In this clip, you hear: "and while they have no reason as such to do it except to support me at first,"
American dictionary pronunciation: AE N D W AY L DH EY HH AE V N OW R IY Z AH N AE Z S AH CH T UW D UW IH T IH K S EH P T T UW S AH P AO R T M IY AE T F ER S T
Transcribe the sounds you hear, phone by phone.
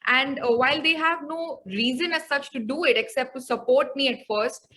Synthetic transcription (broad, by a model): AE N D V AY L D EY HH AE V N OW R IY Z AH N AE Z S AH CH T UW D UW IH T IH K S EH P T T UW S AH P AO R T M IY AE T F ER S T